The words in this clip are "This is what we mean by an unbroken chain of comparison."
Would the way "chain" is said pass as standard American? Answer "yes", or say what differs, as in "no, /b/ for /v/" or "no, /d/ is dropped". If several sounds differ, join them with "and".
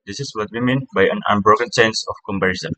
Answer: no, /s/ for /tʃ/